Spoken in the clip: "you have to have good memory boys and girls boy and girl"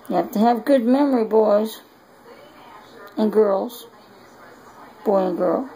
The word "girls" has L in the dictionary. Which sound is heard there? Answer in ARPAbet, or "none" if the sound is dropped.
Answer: L